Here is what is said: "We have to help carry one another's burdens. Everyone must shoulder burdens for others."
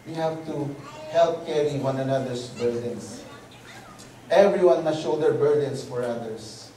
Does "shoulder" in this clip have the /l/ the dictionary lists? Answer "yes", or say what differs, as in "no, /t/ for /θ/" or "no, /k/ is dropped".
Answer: no, /l/ is dropped